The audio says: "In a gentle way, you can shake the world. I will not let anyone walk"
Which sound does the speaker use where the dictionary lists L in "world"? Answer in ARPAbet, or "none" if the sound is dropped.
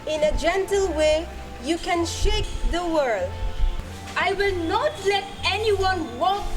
L